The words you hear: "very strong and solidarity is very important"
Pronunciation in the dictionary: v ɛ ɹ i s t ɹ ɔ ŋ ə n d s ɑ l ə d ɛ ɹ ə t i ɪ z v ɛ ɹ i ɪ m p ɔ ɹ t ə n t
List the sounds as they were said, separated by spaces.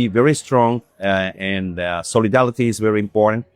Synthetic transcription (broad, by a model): v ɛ ɹ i s t ɹ ɔ ŋ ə n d s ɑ l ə d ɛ l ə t i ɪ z v ɛ ɹ i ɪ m p ɔ ɹ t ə n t